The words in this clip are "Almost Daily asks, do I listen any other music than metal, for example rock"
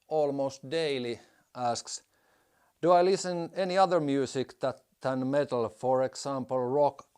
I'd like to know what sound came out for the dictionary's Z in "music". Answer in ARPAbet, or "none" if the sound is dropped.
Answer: S